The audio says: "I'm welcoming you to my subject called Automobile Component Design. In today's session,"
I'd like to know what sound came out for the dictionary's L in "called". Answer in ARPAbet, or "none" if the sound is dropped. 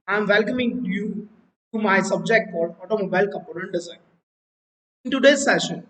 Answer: none